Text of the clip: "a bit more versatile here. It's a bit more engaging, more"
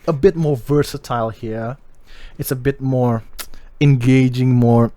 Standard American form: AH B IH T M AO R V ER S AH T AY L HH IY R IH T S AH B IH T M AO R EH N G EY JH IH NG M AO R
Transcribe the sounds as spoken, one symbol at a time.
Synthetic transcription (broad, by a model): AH B IH T M AO R V ER S AH T AY L HH IY R IH T S AH B IH T M AO R EH N G EY JH IH NG M AO R